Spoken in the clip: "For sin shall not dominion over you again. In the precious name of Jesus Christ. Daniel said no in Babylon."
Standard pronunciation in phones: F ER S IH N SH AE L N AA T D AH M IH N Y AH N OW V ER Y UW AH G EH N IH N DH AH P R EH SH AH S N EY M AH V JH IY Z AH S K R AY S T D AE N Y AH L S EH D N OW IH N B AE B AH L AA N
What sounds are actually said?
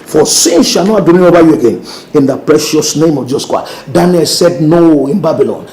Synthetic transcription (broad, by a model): F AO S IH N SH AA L N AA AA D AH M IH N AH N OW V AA Y UW AH G EH N IH N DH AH P R EH SH AH S N EY M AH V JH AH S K AY D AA N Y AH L S EH D N OW IH N B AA B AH L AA N